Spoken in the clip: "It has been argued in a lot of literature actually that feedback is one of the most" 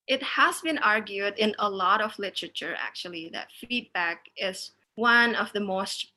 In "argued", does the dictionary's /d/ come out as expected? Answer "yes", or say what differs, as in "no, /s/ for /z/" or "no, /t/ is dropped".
yes